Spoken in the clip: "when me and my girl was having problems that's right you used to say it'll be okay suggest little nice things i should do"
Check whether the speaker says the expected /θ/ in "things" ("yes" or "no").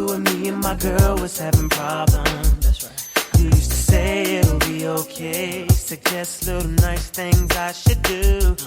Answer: yes